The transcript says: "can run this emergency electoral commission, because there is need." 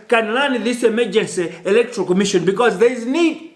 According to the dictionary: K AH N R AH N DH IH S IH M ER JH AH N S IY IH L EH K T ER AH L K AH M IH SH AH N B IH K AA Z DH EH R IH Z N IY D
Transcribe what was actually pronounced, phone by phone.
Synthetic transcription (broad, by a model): K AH N L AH N DH IH S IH M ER JH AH N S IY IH L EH K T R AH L K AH M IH SH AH N B IH K AA Z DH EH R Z N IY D